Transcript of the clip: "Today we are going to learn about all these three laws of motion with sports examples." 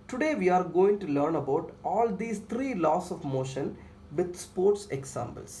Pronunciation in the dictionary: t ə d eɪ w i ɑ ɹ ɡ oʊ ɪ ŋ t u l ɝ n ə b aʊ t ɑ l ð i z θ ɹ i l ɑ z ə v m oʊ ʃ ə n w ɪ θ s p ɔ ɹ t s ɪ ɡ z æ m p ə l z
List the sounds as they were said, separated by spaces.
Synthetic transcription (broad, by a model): t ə d eɪ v i ɑ ɹ ɡ oʊ ɪ ŋ t u l ɝ n ə b aʊ t ɑ l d i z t ɹ i l ɑ s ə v m oʊ ʃ ə n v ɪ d s p ɔ ɹ t s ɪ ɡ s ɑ m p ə l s